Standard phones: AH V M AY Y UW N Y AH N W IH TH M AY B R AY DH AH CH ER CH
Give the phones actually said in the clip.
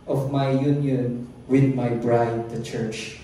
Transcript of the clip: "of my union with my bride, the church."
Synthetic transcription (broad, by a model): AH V M AY Y UW N Y AH N W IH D M AY B R AY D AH CH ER CH